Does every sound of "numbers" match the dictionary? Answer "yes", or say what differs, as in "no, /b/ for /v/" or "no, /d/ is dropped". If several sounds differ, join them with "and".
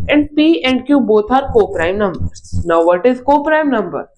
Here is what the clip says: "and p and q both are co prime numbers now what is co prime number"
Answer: no, /z/ is dropped